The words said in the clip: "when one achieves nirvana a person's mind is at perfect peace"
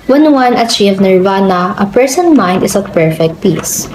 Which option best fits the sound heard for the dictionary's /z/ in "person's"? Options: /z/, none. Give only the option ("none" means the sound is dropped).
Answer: none